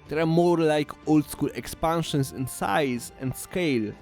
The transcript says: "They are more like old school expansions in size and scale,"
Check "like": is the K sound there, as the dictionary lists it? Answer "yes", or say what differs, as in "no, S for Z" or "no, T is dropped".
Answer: yes